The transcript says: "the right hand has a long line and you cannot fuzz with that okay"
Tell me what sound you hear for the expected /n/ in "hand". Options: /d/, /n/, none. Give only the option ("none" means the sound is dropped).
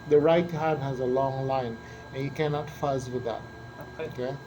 none